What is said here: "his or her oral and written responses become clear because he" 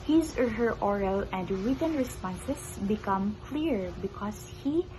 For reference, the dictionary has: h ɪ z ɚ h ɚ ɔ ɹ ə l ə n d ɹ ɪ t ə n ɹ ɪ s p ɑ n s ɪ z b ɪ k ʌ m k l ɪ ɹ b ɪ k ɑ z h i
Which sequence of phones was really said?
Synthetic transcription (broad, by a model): h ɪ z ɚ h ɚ ɔ ɹ ə l ə n d ɹ ɪ t ə n ɹ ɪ s p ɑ n s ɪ s b ɪ k ʌ m k l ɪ ɹ b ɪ k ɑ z h i